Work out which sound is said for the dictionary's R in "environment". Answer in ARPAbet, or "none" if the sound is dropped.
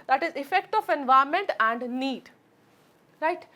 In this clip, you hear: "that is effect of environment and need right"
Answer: none